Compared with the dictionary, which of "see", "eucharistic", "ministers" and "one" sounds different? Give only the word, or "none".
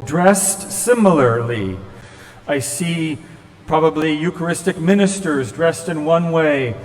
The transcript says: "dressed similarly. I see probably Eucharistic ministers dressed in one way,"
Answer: none